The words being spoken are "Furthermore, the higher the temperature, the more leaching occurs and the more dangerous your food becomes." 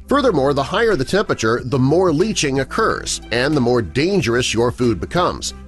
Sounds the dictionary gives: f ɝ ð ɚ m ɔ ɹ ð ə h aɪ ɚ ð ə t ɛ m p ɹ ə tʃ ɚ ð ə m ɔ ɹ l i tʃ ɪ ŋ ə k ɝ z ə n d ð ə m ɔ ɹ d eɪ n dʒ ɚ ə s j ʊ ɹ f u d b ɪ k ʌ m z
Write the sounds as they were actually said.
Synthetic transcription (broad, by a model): f ɝ ð ɚ m ɔ ɹ ð ə h aɪ ɚ ð ə t ɛ m p ɹ ə tʃ ɚ ð ə m ɔ ɹ l i tʃ ɪ ŋ ə k ɝ z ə n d ð ə m ɔ ɹ d eɪ n dʒ ɚ ə s j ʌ ɹ f u d b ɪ k ʌ m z